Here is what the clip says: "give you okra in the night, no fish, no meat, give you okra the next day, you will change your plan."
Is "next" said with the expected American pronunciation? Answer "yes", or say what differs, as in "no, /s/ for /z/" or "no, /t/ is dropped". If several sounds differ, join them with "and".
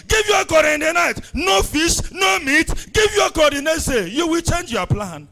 no, /k/ is dropped